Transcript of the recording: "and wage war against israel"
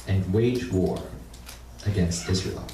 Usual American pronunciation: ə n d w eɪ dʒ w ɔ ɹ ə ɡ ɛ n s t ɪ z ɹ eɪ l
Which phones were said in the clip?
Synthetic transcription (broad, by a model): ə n w eɪ dʒ w ɔ ɹ ə ɡ ɛ n s t ɪ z ɹ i l